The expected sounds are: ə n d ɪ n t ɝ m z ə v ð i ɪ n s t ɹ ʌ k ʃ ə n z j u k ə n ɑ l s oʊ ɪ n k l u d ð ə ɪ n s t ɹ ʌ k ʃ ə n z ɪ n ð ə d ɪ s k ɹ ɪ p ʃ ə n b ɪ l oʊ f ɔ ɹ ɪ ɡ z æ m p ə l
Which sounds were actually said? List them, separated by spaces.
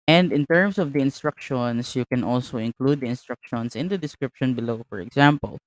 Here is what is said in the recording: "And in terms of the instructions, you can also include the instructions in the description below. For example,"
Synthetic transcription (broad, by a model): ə n d ɪ n t ɝ m s ə v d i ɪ n s t ɹ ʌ k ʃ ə n s j u k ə n ɑ l s oʊ ɪ n k l u d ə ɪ n s t ɹ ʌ k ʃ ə n s ɪ n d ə d ɪ s k ɹ ɪ p ʃ ə n b ɪ l oʊ f ɔ ɹ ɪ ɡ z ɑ m p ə l